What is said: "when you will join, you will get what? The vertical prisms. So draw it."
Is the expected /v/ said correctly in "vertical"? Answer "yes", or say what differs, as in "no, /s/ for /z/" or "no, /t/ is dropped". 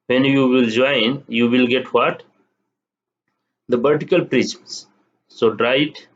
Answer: no, /b/ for /v/